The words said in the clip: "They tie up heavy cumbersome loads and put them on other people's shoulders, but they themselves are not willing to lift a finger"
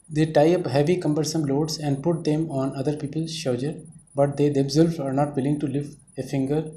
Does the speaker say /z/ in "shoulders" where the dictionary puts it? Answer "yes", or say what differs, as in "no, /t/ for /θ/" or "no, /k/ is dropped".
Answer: no, /z/ is dropped